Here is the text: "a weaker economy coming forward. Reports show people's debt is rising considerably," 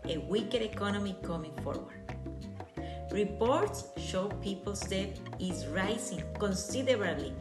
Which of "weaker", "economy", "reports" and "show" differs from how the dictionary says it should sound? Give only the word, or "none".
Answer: none